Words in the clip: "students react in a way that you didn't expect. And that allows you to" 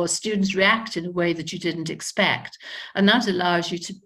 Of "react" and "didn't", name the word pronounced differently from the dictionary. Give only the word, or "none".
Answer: none